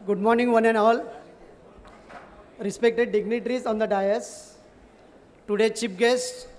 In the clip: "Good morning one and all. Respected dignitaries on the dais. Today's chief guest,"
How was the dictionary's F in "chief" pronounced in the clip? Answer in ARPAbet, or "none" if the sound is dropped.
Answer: P